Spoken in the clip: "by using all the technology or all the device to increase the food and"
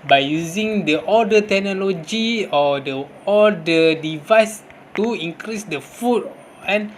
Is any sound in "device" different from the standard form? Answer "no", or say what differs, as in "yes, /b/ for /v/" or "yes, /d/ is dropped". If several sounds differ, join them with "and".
no